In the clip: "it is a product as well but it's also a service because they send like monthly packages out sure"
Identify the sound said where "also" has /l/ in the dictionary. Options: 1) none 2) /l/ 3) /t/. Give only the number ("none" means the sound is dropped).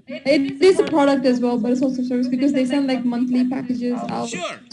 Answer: 1